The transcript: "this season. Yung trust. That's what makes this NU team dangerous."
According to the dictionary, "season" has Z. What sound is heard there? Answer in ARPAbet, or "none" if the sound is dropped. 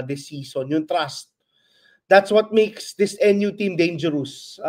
S